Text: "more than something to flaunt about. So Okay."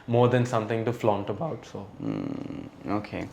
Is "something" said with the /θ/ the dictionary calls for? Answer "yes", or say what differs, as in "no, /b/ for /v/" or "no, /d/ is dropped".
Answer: no, /t/ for /θ/